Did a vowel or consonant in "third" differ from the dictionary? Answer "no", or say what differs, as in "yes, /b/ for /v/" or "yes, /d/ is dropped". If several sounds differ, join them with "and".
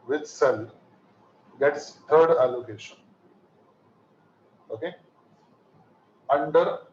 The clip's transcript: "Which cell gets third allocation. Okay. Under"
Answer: yes, /t/ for /θ/